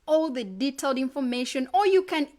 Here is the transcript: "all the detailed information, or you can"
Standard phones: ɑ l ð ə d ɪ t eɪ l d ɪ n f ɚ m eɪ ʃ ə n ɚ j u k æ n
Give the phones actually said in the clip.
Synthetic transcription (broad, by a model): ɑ l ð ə d ɪ t eɪ l d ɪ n f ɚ m eɪ ʃ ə n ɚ j u k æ n